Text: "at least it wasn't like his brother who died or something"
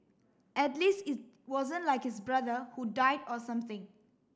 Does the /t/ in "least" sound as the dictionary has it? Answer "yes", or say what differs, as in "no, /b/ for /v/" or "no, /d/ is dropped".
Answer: yes